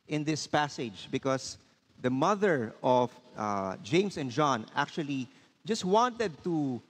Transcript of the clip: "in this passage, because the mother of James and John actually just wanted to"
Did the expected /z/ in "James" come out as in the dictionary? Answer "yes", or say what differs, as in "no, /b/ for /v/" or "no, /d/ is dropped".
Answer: no, /s/ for /z/